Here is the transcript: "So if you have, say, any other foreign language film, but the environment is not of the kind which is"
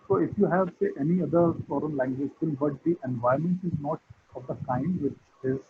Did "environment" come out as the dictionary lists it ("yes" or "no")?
no